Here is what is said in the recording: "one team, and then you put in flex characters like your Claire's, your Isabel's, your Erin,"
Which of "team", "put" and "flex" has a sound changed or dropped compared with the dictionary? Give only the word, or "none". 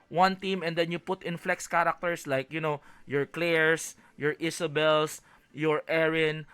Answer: none